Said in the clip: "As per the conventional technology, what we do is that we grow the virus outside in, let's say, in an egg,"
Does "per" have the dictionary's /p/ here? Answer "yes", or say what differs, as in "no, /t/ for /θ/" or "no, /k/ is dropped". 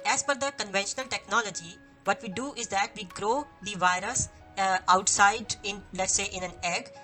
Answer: no, /f/ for /p/